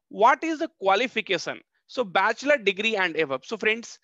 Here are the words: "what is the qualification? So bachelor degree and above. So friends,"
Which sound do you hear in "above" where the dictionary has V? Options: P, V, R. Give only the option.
P